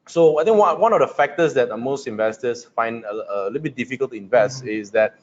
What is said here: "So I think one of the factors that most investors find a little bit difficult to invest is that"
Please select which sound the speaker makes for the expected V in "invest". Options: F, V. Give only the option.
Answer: V